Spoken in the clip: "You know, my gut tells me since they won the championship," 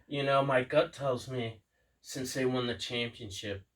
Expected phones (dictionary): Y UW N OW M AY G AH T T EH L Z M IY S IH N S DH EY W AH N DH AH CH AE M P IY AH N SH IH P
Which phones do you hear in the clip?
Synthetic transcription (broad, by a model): Y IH N OW M AY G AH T T EH L Z M IY S IH N S DH EY W AH N DH AH CH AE M P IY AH N SH IH P